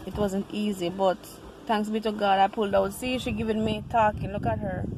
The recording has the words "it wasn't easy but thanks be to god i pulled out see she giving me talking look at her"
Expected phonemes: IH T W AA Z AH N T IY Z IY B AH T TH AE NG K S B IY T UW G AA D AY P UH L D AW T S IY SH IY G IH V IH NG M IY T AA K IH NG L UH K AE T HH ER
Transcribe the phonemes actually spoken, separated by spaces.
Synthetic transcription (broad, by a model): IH T W AA Z AH N T IY Z IY B AH T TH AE NG K S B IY T UW G AA D AY P UH L D AW T S IY SH IY G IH V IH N M IY T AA K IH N L UH K AE T HH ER